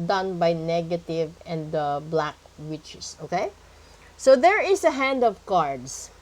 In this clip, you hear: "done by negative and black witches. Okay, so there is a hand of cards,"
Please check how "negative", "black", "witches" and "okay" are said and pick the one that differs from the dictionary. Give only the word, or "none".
witches